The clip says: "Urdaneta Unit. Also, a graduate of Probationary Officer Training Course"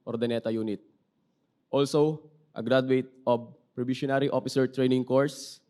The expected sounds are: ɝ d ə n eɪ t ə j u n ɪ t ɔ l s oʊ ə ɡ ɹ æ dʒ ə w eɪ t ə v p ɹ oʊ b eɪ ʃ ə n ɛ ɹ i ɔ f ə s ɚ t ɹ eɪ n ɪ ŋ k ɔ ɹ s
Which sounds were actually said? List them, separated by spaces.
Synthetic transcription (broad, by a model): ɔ d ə n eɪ t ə j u n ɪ t ɔ l s oʊ ə ɡ ɹ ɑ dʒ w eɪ t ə b p ɹ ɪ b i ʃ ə n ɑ ɹ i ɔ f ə s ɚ t ɹ eɪ n ɪ ŋ k ɔ ɹ s